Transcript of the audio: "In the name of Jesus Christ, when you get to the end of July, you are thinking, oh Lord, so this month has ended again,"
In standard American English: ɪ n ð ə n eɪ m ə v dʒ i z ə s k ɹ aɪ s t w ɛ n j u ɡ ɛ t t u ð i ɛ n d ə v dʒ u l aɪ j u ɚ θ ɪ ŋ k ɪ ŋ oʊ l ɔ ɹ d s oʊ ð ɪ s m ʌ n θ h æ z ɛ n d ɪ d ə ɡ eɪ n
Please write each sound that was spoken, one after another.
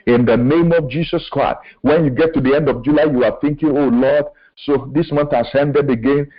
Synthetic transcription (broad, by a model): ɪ n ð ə n eɪ m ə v dʒ i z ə s k ɹ aɪ s t w ɛ n j u ɡ ɛ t t u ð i ɛ n d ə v dʒ u l aɪ j u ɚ θ ɪ ŋ k ɪ ŋ oʊ l ɔ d s oʊ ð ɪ s m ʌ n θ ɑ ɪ s ɛ n d ɪ d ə ɡ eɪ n